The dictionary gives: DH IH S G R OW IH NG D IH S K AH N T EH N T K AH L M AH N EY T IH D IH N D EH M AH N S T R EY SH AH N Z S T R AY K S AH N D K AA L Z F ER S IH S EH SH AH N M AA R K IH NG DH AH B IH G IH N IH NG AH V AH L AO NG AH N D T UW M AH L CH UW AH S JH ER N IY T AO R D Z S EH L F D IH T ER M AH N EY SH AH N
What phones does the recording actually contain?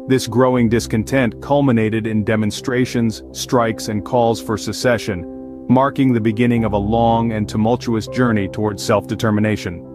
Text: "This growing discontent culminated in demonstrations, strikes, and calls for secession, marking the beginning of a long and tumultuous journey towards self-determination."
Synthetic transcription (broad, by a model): DH IH S G R OW IH NG D IH S K AH N T EH N T K AH L M AH N EY T IH D IH N D EH M AH N S T R EY SH AH N Z S T R AY K S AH N K AA L Z F ER S IH S EH SH AH N M AA R K IH NG DH AH B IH G IH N IH NG AH V AH L AO NG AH N T UW M AH L CH UW AH S JH ER N IY T AO R D Z S EH L F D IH T ER M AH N EY SH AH N